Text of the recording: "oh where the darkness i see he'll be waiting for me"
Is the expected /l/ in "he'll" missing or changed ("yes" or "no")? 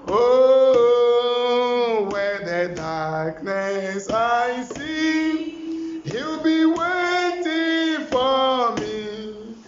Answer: yes